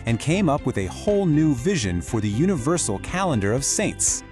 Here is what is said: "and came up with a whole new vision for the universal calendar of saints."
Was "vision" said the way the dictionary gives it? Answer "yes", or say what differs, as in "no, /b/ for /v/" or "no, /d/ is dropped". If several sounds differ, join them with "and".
yes